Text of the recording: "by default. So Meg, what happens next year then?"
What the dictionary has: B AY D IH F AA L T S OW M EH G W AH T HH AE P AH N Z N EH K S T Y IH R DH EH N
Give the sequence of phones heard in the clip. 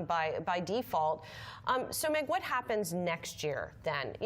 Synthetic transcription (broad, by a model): B AY D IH F AA L T S OW M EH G W AH T HH AE P AH N Z N EH K S T Y IH R DH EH N